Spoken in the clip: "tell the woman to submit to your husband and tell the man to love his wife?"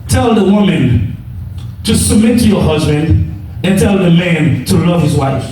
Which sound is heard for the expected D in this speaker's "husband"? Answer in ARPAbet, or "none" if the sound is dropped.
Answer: D